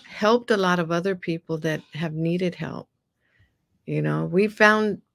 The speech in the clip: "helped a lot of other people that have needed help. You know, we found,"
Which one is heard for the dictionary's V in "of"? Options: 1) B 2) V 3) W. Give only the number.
2